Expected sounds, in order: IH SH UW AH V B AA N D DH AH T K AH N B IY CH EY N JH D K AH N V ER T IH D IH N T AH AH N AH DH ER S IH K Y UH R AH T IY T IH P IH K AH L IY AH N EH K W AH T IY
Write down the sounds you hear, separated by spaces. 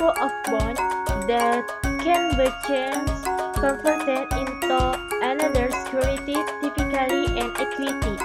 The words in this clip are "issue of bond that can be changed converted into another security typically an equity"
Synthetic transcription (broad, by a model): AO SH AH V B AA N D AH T K AH N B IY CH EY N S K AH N F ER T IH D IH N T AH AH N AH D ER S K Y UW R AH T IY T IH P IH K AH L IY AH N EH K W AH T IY